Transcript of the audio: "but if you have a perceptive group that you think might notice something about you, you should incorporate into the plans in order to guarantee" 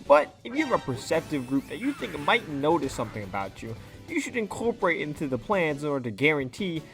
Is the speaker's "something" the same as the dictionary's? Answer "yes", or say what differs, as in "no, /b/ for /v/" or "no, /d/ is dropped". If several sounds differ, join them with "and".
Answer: yes